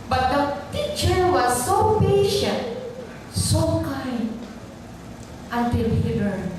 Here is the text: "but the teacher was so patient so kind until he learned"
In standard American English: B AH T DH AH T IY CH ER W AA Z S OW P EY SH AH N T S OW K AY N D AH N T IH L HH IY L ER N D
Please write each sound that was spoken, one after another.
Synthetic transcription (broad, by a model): B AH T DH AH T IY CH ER W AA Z S OW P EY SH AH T S OW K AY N AH N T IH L HH IY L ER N